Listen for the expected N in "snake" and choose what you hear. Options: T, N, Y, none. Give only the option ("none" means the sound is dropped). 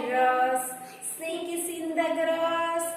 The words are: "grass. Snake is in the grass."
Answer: none